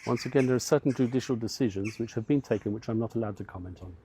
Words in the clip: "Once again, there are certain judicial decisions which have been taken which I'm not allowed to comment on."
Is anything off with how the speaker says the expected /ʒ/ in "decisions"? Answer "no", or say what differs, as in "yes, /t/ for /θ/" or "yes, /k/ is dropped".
no